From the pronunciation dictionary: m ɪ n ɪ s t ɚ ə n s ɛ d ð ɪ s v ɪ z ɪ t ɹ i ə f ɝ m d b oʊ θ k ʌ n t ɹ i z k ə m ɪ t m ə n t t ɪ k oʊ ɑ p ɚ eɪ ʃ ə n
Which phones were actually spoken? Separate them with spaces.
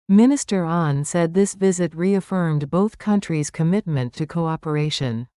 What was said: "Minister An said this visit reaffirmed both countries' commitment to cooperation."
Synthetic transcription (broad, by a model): m ɪ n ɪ s t ɚ ə n s ɛ d ð ɪ s v ɪ z ɪ t ɹ i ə f ɝ m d b oʊ θ k ʌ n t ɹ i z k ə m ɪ t m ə n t t ɪ k oʊ ɑ p ɚ eɪ ʃ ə n